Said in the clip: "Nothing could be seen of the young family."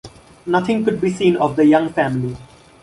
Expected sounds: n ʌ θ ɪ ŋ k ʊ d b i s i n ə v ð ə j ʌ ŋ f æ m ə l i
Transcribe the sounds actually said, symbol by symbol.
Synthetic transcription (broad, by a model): n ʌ t ɪ ŋ k ʊ d b i s i n ə v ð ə j ʌ ŋ f æ m ə l i